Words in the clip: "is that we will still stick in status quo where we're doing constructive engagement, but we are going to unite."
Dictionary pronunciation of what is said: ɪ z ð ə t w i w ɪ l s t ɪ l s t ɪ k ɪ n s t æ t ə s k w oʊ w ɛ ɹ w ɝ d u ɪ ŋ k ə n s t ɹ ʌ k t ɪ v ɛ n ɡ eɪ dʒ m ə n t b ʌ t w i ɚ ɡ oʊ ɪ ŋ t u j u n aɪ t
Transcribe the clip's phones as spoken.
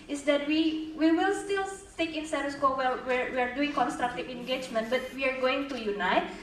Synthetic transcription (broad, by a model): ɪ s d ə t w i w ɪ l s t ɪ l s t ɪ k ɪ n s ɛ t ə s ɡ oʊ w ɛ w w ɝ d u ɪ ŋ k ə n s t ɹ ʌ k t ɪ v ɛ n ɡ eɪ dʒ m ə n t b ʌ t w i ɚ ɡ oʊ ɪ ŋ t u j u n aɪ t